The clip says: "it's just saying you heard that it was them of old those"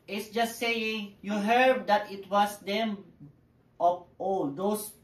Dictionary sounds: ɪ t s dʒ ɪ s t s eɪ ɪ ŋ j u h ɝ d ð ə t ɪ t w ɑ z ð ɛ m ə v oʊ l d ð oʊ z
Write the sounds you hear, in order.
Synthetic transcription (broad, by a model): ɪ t s dʒ ɪ s t s eɪ ɪ ŋ j u h ɝ d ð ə t ɪ t w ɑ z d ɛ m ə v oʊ d oʊ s